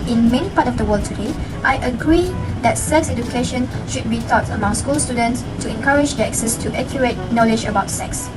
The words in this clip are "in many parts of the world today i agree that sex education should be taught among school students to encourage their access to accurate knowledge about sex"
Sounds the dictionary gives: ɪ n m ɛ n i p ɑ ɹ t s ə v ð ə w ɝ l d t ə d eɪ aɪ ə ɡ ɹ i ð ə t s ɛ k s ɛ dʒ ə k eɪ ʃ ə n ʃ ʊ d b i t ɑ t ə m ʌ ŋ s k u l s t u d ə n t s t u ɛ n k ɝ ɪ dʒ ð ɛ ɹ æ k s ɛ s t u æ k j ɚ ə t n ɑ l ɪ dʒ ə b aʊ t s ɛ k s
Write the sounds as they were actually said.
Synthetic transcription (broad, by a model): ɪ n m ɛ n i p ɑ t ə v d ə w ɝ l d t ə d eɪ aɪ ə ɡ ɹ i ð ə t s ɛ k s ɛ dʒ ə k eɪ ʃ ə n ʃ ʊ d b i t ɑ t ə m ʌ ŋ s k u l s t u d ə n t s t u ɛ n k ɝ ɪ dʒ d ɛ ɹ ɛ k s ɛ s t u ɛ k j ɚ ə t n ɑ l ɪ dʒ ə b aʊ t s ɛ k s